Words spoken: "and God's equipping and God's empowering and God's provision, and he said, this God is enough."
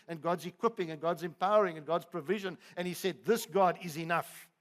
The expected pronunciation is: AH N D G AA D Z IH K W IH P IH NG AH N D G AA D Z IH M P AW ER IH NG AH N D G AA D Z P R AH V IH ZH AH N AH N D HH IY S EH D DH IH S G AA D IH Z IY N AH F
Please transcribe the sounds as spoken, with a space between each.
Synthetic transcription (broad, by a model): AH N G AA D Z IH K W IH P IH NG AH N G AA D Z IH M P AW ER IH NG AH N G AA D Z P R AH V IH ZH AH N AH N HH IY S EH D DH IH S G AA D IH Z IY N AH F